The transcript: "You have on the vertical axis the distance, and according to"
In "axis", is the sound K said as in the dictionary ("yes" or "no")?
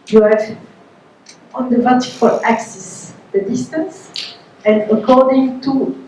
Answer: yes